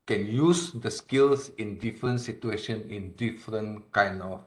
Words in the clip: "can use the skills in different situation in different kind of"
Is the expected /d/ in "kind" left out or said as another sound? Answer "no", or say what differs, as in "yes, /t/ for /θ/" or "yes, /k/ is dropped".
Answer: yes, /d/ is dropped